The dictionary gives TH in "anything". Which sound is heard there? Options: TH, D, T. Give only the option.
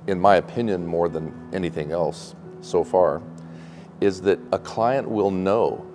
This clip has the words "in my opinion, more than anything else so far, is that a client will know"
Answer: TH